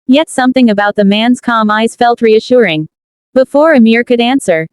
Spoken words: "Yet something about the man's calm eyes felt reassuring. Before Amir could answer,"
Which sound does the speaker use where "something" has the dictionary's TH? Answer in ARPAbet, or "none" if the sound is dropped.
TH